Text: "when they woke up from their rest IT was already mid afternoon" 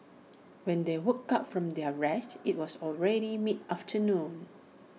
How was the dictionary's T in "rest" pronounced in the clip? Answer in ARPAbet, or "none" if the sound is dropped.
T